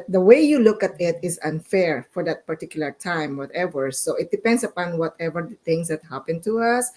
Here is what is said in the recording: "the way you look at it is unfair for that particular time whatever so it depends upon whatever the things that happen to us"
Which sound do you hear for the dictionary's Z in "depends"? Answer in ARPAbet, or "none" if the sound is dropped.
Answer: S